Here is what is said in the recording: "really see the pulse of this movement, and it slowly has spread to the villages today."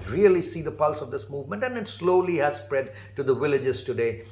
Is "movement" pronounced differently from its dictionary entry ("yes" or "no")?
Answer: no